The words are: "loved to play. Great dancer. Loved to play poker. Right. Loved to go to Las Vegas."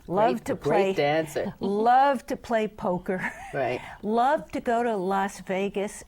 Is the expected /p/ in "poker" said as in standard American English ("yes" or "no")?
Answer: yes